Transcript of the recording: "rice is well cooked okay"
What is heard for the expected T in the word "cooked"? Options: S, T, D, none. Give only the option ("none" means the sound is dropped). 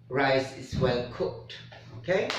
T